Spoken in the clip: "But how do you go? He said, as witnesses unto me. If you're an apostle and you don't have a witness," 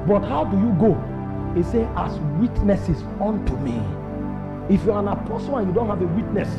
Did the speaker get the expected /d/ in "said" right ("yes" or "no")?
no